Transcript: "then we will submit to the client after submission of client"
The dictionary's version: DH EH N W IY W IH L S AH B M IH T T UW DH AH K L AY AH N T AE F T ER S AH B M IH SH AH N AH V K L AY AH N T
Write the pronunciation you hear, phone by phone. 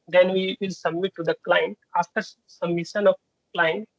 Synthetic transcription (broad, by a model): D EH N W IY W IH L S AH B M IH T T UW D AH K L AY AH N T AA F T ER S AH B M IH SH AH N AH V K L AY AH N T